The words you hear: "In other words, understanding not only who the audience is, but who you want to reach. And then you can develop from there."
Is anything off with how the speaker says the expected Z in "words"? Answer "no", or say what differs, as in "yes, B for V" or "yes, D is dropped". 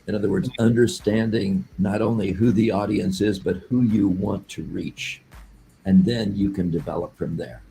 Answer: no